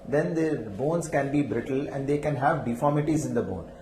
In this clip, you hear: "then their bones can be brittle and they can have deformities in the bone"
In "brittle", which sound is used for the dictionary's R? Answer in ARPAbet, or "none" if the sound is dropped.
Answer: R